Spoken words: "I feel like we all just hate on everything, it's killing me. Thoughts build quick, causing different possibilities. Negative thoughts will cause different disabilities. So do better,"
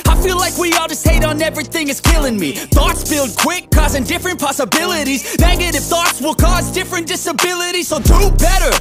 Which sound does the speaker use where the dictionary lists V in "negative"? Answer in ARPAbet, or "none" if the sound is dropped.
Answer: F